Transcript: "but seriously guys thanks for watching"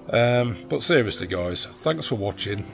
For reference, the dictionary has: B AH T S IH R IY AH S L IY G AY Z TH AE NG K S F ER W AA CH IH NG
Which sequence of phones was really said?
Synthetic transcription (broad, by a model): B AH T S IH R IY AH S L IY G AY Z TH AE NG K S F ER W AA CH IH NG